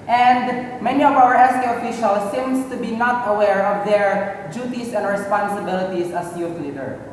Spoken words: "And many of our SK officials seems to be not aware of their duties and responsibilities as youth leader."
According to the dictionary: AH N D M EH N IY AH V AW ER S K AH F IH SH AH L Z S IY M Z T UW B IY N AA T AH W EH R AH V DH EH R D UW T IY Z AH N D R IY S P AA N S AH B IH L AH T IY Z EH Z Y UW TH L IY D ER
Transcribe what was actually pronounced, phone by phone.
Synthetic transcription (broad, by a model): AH N D M EH N IY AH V AW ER S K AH F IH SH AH L S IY M S T UW B IY N AA T AH W EH R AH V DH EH R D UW T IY S AH N D R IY S P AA N S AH B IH L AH T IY S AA S Y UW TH L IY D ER